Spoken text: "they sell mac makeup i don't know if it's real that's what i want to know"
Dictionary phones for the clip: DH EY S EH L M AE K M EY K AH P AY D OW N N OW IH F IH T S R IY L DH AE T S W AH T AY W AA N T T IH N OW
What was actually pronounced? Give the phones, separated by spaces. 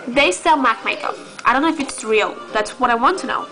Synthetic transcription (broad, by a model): DH EY S EH L M AE K M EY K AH AY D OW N N OW IH F IH T S R IY L DH AE T S W AH T AY W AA N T T IH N OW